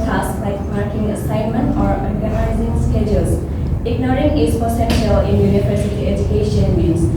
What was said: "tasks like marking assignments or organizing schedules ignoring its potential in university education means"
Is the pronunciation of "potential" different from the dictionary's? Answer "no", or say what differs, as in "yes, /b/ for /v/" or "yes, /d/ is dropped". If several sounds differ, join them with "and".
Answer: yes, /s/ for /t/